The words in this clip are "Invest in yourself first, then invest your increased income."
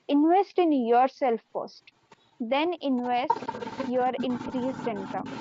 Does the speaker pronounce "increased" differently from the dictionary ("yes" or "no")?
yes